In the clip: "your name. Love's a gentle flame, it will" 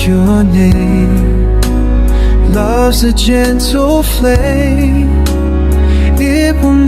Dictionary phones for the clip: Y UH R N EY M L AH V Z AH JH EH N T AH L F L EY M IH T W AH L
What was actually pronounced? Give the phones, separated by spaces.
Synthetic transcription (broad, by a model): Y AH R N EY M L AH V Z AH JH EH N T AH L F L EY IH T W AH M